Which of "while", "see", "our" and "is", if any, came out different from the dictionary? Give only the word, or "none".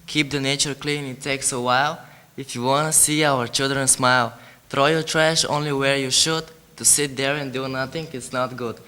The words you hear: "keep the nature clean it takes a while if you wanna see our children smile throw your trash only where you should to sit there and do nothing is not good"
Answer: is